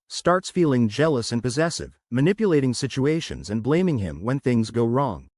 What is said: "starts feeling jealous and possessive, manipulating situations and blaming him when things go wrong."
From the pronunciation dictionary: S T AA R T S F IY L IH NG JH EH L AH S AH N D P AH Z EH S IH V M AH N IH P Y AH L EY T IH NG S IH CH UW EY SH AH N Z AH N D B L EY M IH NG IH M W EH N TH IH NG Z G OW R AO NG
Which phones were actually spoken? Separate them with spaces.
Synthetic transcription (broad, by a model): S T AA R T S F IY L IH NG JH EH L AH S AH N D P AH Z EH S IH V M AH N IH P Y AH L EY T IH NG S IH CH UW EY SH AH N Z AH N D B L EY M IH NG IH M W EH N TH IH NG Z G OW R AO NG